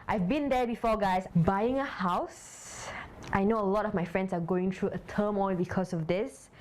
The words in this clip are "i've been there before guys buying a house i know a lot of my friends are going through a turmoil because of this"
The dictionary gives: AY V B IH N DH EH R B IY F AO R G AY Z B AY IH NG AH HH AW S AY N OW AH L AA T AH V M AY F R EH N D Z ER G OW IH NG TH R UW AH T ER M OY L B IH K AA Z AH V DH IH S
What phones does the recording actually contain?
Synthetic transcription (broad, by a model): AY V B IH N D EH B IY F AO G AY S B AY IH NG AH HH AW S AY N OW AH L AA T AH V M AY F R EH N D S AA G OW IH NG T R UW AH T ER M OY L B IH K AA S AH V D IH S